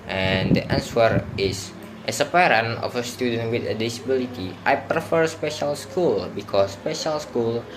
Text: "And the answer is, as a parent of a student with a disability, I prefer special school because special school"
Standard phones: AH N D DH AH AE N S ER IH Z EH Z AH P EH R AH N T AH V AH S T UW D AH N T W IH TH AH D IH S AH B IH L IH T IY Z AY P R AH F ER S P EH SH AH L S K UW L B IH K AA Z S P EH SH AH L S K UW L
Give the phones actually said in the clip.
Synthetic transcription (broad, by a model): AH N D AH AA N S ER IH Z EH S AH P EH R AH N AH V AH S T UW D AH N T W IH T AH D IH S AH B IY L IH T IY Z AY P R AH F ER S P EH SH AH L S K UW L B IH K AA S P EH SH AH L S K UW L